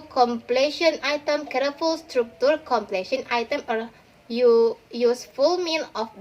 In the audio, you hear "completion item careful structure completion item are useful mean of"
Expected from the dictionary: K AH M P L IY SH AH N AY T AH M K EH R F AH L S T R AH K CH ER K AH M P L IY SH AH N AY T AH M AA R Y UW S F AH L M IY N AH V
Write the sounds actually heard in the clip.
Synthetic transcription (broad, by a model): K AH M P L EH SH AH N AY T AH M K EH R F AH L S T R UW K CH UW K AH M P L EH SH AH N AY T AH M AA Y Y UW S F AH L M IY L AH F